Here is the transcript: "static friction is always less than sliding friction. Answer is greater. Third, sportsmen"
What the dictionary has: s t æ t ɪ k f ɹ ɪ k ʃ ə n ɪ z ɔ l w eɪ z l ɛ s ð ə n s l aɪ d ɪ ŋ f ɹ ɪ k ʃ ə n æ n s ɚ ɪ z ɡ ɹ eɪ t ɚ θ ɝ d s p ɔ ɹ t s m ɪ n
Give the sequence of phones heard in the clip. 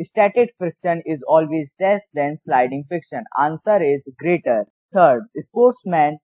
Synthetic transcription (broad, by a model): s t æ t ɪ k f ɪ k ʃ ə n ɪ z ɔ l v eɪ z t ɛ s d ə n s l aɪ d ɪ ŋ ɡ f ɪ k ʃ ə n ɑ n s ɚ ɪ z ɡ ɹ eɪ t ɚ t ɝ d s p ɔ ɹ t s m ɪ n